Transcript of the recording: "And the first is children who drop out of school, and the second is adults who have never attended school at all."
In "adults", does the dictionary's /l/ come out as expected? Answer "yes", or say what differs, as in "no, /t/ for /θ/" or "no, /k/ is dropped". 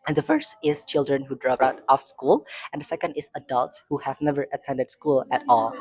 yes